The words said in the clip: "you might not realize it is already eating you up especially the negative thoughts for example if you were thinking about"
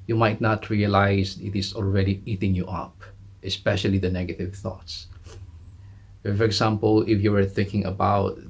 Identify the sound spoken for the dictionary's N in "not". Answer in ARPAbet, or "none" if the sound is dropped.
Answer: N